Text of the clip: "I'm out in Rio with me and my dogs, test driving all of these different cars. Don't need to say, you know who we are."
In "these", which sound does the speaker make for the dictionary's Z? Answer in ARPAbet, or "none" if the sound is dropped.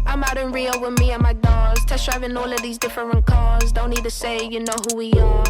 Z